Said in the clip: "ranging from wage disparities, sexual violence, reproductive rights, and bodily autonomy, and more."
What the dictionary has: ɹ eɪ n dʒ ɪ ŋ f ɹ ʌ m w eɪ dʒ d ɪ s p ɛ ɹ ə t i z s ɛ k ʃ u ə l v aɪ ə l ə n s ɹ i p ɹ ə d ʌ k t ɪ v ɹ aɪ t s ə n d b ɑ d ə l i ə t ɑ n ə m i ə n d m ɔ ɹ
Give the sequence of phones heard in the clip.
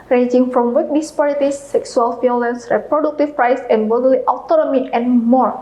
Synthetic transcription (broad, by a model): ɹ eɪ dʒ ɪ ŋ f ɹ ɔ m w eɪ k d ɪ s p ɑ ɹ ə t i s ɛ k s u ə l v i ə l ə n s ɹ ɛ p ɹ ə d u k t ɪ p ɹ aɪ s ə n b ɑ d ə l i ə t ɑ n ə m i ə n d m ɔ ɹ